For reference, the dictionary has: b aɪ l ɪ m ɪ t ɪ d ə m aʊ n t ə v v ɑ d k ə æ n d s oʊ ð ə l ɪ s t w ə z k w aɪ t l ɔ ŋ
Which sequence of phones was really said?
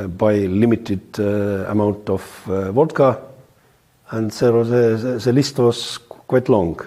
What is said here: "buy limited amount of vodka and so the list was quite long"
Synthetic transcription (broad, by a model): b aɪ l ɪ m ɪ t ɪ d ə m aʊ n t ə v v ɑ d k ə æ n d s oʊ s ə l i s t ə s k w aɪ t l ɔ ŋ